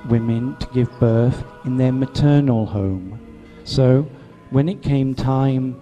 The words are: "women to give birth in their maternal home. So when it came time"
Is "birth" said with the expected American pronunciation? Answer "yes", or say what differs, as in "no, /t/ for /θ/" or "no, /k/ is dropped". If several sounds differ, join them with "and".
yes